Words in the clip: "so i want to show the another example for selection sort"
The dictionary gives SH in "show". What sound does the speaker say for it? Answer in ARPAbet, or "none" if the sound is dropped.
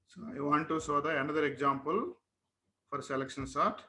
S